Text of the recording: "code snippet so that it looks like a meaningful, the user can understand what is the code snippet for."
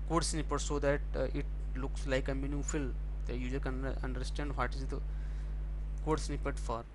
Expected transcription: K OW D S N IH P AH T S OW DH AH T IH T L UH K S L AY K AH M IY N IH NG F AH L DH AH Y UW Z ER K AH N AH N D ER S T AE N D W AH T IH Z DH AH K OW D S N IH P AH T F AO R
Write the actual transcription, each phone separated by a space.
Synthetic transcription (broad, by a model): K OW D S N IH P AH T S OW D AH T IH T L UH K S L AY K AH M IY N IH F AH L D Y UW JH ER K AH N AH N D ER S T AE N D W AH T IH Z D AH K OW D S N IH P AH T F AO R